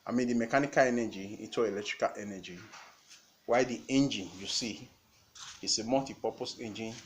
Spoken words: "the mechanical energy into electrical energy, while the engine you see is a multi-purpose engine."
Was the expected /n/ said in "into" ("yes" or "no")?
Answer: no